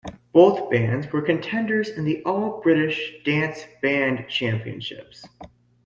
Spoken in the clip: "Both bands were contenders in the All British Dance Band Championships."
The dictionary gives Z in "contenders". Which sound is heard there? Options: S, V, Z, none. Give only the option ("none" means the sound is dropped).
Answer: Z